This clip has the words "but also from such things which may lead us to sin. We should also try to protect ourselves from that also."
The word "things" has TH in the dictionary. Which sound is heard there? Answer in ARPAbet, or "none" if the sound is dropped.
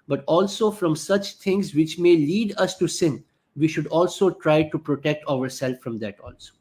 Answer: T